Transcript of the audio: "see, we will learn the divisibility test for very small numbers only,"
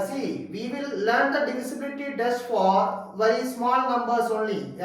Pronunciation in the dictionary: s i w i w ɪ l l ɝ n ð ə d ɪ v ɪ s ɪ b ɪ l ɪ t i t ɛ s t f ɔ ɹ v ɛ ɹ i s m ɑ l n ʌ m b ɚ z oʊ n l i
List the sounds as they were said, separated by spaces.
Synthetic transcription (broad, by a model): s i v i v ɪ l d n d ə d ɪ f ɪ s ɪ b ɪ l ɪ t i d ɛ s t f ɔ ɹ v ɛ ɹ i s m ɑ l n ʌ m b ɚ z oʊ n l i